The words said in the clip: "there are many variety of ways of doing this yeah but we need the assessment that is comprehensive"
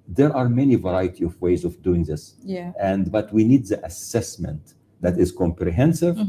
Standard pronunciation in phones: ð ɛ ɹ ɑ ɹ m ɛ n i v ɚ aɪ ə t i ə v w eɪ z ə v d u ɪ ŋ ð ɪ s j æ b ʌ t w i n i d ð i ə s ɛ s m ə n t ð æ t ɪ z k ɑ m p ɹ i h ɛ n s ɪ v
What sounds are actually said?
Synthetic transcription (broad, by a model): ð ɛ ɹ ɑ ɹ m ɛ n i v ɚ aɪ ə t i ə v w eɪ z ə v d u ɪ ŋ ð ɪ s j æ b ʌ t w i n i d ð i ə s ɛ s m ə n t ð æ t ɪ z k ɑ m p ɹ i h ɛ n s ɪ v